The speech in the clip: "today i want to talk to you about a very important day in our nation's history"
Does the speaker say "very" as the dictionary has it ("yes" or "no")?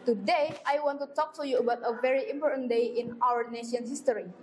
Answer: yes